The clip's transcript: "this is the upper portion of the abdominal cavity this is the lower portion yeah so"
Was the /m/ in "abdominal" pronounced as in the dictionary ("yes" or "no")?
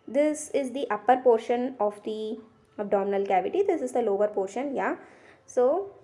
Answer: yes